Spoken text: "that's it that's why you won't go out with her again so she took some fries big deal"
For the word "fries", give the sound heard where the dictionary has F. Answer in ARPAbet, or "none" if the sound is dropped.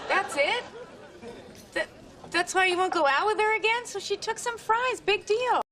F